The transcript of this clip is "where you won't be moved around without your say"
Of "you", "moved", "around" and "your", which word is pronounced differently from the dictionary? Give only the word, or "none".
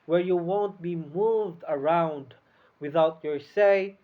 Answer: none